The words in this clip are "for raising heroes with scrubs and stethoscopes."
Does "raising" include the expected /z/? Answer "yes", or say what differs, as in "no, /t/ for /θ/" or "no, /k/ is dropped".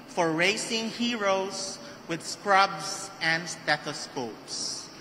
no, /s/ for /z/